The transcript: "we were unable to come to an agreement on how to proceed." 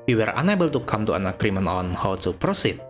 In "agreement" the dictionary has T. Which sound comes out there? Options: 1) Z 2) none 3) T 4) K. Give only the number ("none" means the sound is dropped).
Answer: 2